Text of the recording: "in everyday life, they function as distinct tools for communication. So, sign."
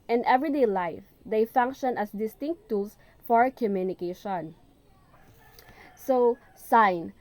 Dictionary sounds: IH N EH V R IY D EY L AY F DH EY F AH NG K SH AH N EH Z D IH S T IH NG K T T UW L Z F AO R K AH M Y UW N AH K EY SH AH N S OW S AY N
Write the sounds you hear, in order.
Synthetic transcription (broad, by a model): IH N EH V R IY D EY L AY F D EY F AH NG K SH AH N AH S D IH S T IH NG K T T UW L S F AO R K AH M Y UW N AH K EY SH AH N S OW S AY N